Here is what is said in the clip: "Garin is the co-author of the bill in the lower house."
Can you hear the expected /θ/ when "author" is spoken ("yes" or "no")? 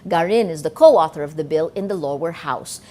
yes